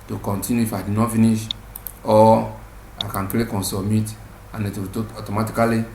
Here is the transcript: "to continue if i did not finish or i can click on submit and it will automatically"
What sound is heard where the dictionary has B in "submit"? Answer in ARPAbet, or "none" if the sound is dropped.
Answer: none